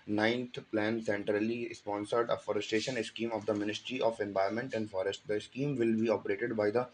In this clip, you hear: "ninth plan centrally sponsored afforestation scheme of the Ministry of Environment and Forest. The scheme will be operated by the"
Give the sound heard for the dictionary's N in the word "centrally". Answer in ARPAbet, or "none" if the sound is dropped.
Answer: N